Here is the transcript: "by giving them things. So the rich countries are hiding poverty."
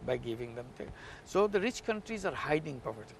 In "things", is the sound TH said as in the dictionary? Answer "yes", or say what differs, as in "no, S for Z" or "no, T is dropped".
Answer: no, T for TH